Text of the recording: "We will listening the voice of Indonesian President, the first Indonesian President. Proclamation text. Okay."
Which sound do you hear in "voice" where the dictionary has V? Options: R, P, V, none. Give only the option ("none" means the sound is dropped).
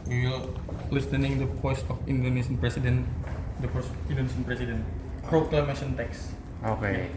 P